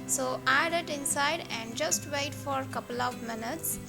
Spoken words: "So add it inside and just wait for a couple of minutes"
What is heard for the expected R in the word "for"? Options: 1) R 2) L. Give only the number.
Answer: 1